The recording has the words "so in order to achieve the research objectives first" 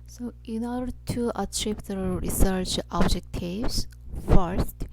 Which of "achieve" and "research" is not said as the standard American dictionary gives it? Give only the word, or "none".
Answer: achieve